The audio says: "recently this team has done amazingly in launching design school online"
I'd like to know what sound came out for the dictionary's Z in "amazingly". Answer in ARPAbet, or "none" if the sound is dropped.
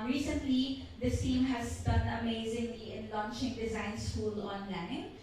Z